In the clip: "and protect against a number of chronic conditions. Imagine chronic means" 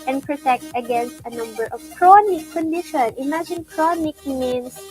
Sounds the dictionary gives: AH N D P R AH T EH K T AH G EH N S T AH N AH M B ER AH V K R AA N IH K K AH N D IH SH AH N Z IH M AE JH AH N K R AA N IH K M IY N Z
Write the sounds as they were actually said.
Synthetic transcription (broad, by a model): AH N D P R AH T EH K T AH G EH N S T AH N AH M B ER AH V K R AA N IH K K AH N D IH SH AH N IH M AE JH AH N K R AA N IH K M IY N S